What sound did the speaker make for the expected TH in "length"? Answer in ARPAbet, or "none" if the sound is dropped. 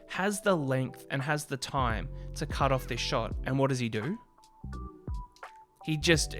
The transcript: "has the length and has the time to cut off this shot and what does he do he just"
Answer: TH